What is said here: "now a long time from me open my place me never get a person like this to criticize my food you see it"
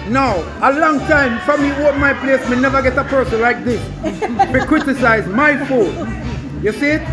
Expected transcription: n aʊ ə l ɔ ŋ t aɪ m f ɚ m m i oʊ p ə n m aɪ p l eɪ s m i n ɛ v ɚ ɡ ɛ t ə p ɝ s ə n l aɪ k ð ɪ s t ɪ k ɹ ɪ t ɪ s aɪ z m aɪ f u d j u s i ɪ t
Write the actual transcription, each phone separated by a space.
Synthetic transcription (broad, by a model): n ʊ ə l ɔ ŋ t aɪ m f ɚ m m i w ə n m aɪ p l eɪ s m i n ɛ v ɚ ɡ ɛ t ə p ɝ s ə n l aɪ k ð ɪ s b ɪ k ɹ ɪ t ɪ s aɪ z m aɪ f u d j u s i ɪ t